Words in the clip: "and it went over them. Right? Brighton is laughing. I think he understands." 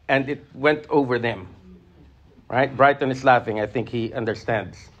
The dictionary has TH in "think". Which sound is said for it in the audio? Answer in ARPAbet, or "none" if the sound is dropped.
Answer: TH